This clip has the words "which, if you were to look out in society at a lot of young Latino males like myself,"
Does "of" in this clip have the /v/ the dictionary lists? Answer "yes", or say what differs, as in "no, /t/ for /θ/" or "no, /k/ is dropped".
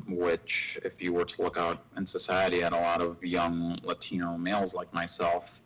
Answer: yes